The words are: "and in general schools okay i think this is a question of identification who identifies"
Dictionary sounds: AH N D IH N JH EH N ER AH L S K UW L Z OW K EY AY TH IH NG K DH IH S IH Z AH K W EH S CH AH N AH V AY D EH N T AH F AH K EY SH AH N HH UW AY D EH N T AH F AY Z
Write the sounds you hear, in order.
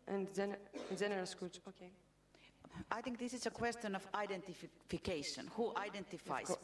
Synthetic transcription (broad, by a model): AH N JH IH N JH EH N ER AH L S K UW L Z OW K EY AY TH IH NG K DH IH S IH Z AH K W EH S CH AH N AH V AY D EH N T AH F AH K EY SH AH N HH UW AY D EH N T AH F AY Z